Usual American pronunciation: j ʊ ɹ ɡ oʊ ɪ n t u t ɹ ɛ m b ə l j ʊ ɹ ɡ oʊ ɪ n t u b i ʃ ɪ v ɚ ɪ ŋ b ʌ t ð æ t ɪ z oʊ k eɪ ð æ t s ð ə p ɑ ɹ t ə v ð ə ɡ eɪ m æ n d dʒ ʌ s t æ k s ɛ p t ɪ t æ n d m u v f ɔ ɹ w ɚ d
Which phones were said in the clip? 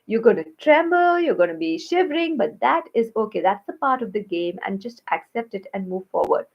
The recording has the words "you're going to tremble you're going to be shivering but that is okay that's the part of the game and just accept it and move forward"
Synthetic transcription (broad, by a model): j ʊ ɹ ɡ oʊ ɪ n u t ɹ ɛ m b ə l j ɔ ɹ ɡ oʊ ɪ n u b i ʃ ɪ v ɚ ɪ ŋ b ʌ t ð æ t ɪ z oʊ k eɪ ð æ t s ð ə p ɑ ɹ t ə v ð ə ɡ eɪ m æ n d dʒ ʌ s t æ k s ɛ p t ɪ t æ n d m u v f ɔ ɹ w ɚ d